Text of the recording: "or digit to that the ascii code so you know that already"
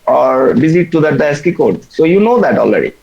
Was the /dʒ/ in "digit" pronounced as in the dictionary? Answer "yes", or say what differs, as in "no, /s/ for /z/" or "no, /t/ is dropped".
no, /z/ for /dʒ/